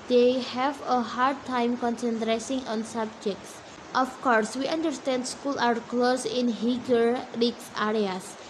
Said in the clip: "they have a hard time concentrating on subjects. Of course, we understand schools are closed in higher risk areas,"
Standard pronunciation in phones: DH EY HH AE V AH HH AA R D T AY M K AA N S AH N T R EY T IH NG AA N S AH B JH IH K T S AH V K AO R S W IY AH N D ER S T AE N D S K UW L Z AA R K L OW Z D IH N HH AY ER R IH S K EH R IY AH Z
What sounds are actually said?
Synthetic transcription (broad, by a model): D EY HH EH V AH HH AA R D T AY M K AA N S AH N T R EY S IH NG AA N S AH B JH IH K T S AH F K AO R S W IY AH N D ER S T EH N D S K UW L AA R K L OW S IH N HH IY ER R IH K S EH R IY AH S